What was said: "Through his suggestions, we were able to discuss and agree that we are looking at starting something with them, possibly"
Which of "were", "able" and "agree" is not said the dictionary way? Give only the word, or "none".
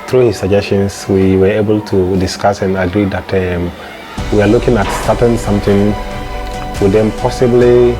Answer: none